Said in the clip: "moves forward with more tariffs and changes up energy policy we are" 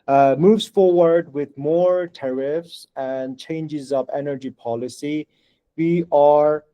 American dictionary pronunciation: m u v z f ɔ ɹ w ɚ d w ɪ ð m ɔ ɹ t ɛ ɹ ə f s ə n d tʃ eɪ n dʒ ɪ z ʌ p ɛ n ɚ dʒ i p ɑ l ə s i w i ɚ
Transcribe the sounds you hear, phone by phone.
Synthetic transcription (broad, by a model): m u v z f ɔ ɹ w ɚ d w ɪ ð m ɔ ɹ t ɛ ɹ ə f s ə n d tʃ eɪ n dʒ ɪ z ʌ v ɛ n ɚ dʒ i p ɑ l ə s i w i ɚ